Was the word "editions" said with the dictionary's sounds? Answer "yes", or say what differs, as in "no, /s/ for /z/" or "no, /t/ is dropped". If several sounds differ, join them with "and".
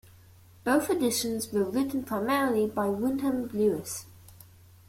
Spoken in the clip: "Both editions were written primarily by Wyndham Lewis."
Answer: yes